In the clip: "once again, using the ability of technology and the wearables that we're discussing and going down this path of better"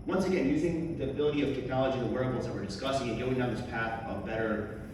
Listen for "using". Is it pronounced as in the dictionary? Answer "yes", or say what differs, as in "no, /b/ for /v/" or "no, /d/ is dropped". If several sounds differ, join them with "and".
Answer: yes